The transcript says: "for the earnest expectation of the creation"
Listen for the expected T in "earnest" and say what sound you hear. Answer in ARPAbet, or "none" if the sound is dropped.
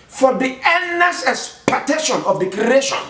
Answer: none